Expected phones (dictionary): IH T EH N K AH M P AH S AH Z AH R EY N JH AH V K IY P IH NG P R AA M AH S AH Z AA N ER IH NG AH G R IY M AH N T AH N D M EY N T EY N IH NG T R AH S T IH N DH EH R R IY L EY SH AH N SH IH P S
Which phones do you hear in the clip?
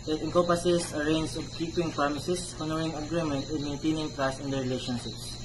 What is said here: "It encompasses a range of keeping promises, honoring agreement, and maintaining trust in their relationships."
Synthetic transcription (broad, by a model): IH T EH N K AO P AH S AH S AH R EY N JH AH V K IY P IH NG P R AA M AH S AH S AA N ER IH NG AH G R IY M AH N T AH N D M EY N T EY N IH NG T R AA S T IH N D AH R R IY L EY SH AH N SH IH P S